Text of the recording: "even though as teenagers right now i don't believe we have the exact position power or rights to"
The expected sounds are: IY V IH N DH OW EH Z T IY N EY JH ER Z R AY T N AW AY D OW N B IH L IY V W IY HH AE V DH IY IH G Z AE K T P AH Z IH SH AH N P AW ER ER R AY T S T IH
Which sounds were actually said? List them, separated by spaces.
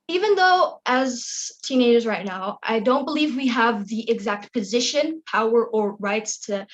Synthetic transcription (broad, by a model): IY V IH N DH OW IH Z T IY N EY JH ER Z R AY T N AW AY D OW N B IH L IY V W IY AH V DH IY IH G Z AE K T P AH Z IH SH AH N P AW ER ER R AY T S T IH